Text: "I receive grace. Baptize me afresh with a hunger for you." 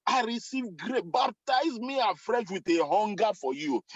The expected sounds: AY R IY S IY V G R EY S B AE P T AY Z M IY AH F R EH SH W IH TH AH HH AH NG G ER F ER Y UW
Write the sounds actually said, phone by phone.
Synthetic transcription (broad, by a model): AY R IY S IY V G R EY B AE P T AY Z M IY AH F R EH SH W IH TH AH HH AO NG G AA F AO Y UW